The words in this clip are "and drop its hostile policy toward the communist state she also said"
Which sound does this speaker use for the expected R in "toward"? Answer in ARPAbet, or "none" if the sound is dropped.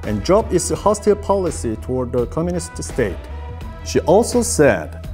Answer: R